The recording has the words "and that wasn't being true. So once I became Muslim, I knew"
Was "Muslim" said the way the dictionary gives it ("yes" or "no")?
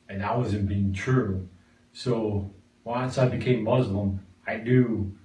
yes